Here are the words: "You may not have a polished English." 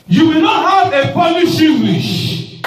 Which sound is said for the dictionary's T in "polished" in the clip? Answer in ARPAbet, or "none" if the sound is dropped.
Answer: none